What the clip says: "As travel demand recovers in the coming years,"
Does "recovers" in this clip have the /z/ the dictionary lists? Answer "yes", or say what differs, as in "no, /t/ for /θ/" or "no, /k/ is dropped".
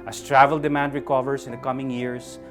no, /s/ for /z/